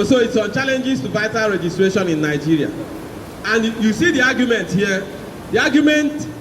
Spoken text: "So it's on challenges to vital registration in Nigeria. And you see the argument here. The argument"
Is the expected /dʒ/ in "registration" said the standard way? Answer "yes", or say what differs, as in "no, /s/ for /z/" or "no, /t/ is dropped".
yes